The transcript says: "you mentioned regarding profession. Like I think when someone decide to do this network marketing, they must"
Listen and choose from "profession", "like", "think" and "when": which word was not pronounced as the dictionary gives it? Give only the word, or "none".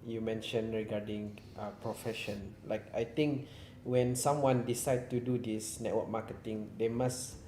think